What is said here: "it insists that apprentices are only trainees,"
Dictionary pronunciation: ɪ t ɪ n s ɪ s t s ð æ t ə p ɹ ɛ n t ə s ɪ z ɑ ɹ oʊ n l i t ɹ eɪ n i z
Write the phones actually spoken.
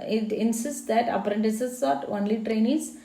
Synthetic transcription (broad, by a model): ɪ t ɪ n s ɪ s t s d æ t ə p ɹ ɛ n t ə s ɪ ɑ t oʊ n l i t ɹ eɪ n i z